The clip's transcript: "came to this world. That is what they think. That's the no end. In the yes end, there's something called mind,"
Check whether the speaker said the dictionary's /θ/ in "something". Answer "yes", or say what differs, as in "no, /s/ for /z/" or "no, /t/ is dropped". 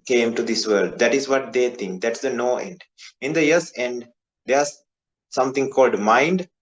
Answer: no, /t/ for /θ/